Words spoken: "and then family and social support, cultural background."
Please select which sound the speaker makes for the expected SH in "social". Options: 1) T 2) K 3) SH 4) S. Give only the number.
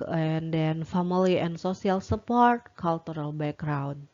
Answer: 4